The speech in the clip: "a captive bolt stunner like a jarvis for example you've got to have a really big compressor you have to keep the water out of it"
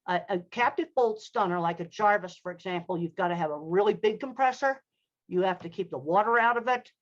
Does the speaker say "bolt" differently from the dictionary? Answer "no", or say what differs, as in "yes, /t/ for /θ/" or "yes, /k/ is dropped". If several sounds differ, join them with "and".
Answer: no